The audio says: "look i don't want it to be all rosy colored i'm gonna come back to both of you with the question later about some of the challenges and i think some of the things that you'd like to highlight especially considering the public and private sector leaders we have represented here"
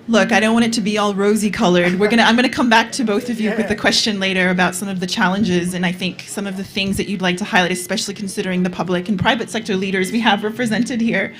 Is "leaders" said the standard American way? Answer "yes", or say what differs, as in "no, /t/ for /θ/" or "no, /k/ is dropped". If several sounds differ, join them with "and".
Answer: yes